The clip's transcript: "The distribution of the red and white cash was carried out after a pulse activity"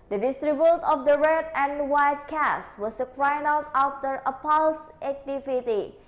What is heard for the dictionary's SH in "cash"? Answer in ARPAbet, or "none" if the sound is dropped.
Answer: S